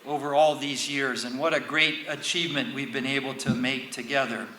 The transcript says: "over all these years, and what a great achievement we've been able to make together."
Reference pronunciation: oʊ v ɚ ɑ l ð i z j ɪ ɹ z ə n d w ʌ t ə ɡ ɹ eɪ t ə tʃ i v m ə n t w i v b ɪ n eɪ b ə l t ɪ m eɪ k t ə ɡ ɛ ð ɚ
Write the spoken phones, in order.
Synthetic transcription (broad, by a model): oʊ v ɚ ɑ l ð i z j ɪ ɹ z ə n w ʌ t ə ɡ ɹ eɪ t ə tʃ i v m ə n t w i v b ɪ n eɪ b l t ɪ m eɪ k t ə ɡ ɛ ð ɚ